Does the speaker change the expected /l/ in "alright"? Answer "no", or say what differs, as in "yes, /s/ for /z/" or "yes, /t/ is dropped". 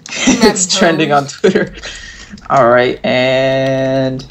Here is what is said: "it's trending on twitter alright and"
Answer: no